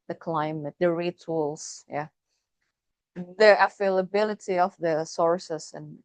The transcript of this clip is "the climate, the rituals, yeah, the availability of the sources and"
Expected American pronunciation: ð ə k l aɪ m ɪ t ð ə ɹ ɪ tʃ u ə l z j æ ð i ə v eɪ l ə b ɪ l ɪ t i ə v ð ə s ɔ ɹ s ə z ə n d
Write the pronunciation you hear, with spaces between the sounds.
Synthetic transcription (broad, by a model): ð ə k l aɪ m ɪ t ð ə ɹ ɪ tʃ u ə l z j æ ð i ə f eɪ l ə b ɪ l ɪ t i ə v ð ə s ɔ ɹ s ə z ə n